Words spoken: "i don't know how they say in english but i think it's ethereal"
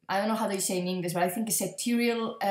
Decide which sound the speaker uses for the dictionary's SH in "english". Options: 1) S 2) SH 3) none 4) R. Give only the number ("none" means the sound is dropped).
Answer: 1